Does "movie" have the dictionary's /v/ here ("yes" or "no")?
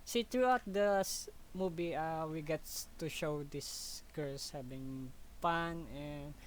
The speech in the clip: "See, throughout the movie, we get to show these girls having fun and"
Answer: no